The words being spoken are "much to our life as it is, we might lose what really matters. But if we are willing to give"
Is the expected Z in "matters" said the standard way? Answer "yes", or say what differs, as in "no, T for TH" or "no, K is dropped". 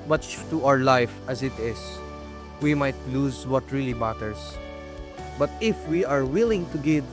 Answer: no, S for Z